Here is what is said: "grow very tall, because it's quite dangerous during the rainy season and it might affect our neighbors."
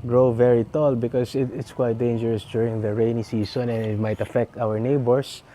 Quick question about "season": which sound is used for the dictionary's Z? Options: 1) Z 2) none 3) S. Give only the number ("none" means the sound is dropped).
3